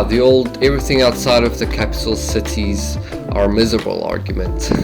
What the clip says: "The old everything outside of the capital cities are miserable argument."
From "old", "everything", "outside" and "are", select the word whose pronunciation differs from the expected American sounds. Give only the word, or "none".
none